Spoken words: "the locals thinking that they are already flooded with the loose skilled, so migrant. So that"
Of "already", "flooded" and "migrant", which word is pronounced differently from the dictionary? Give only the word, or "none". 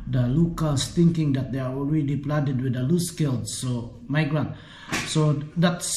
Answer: flooded